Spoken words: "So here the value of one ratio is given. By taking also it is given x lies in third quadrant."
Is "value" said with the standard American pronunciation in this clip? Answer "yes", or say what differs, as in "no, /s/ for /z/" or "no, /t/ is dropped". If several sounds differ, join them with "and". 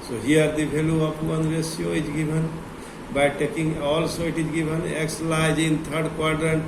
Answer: no, /b/ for /v/